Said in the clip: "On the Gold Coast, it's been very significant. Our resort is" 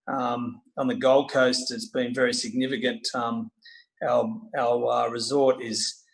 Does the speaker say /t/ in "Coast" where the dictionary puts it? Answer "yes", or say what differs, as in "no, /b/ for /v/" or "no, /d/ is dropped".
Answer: yes